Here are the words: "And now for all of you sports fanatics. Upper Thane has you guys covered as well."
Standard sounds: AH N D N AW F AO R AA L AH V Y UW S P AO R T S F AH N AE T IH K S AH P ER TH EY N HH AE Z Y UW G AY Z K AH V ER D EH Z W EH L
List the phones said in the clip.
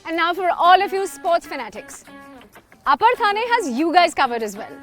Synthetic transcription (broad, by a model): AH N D N AW F AO R AA L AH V Y UW S P AO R T S F AH N AE T IH K S AH P ER T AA N HH AE Z Y UW G AY Z K AH V ER D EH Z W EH L